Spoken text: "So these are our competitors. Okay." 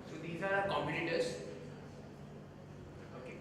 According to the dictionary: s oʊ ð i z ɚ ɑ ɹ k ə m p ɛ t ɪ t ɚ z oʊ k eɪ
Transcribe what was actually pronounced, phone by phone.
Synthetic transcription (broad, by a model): s oʊ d i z ɑ ɹ k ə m u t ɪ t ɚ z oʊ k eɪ